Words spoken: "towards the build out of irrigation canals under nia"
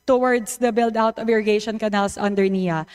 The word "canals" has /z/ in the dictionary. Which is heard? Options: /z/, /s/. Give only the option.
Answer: /s/